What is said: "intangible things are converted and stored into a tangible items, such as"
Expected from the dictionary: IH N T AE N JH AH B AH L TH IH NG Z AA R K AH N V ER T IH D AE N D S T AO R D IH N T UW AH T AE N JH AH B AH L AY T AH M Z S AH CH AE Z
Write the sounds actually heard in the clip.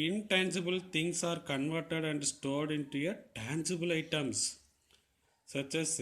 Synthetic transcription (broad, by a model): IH N T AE N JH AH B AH L T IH NG S AA R K AH N V ER T IH D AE N D S T AO R D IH N T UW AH T AE N JH AH B AH L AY T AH M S S AH CH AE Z